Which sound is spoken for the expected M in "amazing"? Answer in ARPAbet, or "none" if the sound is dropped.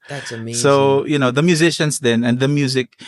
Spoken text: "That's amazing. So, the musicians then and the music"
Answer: none